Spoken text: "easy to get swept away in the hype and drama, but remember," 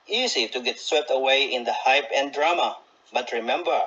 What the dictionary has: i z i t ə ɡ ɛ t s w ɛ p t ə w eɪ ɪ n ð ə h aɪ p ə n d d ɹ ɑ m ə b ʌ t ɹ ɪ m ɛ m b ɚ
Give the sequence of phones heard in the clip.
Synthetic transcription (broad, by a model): i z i t ə ɡ ɛ t s w ɛ p t ə w eɪ ɪ n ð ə h aɪ p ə n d d ɹ ɑ m ə b ʌ t ɹ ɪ m ɛ m b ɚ